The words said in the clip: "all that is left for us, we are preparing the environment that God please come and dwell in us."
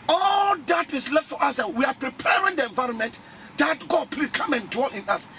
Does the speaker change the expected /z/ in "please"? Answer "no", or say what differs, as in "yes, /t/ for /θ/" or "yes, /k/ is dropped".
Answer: yes, /z/ is dropped